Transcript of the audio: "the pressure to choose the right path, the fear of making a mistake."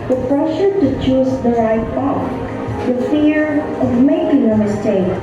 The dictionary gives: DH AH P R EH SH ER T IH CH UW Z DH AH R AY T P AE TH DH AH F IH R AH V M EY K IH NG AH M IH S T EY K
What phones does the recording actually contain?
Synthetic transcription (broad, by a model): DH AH P R EH SH ER T IH CH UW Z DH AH R AY T B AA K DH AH F IH R AH V M EY K IH NG AH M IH S T EY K